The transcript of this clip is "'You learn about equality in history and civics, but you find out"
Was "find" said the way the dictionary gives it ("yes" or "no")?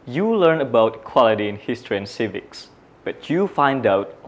yes